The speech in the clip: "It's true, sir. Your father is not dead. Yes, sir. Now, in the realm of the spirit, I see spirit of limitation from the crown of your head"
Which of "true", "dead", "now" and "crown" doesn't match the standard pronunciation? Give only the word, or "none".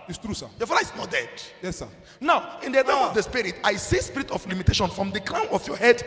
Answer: crown